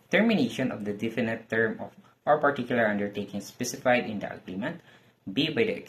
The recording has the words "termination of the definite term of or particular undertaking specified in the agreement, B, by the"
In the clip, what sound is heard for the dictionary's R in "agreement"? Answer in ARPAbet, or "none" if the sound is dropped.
L